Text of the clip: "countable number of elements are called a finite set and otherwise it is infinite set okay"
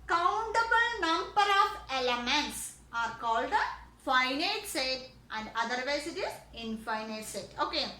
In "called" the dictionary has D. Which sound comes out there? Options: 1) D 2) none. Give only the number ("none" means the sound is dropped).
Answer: 1